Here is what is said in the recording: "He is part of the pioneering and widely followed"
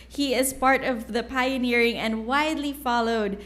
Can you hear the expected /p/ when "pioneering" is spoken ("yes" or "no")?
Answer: yes